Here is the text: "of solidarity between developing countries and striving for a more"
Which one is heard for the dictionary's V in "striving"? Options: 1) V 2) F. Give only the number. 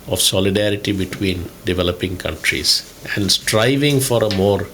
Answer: 1